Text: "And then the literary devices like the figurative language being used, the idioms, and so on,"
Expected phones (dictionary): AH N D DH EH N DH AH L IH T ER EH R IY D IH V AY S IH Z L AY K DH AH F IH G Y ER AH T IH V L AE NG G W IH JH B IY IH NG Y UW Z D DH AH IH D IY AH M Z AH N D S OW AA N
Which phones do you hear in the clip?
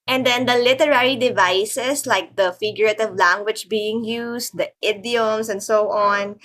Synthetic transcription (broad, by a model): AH N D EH N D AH L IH T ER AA R IY D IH V AY S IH S L AY K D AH F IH G Y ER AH T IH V L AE NG G W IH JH B IY IH NG Y UW S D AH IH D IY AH M S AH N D S OW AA N